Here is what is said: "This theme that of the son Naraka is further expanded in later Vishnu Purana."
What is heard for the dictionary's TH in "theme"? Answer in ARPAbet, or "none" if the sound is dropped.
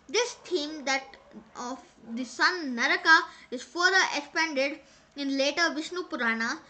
T